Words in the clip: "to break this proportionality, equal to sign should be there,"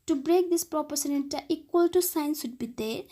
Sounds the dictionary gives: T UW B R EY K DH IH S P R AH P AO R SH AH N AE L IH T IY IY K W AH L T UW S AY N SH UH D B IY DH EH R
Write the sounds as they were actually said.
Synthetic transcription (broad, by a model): T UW B R EY K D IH S P R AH P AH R S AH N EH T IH T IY IY K W AH L T UW S AY N S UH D B IY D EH